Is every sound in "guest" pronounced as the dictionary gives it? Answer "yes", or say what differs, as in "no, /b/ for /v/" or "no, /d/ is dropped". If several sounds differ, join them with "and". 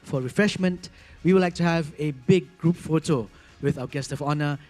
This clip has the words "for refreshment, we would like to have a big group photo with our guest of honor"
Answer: yes